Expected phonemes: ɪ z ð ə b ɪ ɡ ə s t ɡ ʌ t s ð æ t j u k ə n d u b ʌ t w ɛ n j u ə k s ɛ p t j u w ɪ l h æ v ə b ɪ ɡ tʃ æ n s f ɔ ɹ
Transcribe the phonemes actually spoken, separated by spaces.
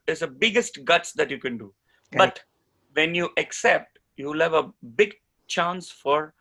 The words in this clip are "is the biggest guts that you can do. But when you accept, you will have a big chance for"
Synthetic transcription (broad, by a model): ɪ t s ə b ɪ ɡ ə s t ɡ ʌ t s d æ t j u k ə n d u b ʌ t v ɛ n j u ə k s ɛ p t j u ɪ l h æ v ə b ɪ ɡ tʃ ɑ n s f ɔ ɹ